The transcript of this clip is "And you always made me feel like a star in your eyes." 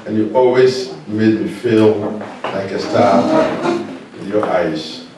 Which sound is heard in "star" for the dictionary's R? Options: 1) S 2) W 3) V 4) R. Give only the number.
2